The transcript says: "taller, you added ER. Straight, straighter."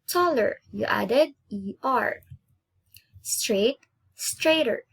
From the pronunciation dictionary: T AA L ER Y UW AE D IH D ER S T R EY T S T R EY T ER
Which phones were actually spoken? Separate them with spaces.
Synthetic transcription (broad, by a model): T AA L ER Y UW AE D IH D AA S T R EY T S T R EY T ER